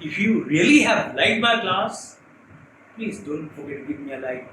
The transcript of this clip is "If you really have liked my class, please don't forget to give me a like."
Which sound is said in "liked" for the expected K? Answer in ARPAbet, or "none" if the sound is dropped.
none